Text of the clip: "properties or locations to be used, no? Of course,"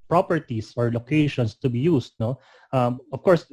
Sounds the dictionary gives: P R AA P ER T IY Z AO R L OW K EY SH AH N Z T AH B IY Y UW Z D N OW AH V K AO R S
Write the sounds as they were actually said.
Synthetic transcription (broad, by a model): P R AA P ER T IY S AO R L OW K EY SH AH N S T AH B IY Y UW S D N OW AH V K AO R S